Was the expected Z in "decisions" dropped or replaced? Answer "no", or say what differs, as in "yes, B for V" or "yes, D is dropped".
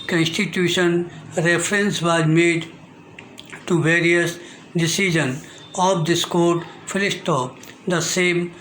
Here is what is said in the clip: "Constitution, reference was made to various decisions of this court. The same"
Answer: yes, Z is dropped